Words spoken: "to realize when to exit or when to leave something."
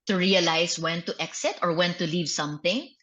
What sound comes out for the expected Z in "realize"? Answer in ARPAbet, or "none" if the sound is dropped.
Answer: S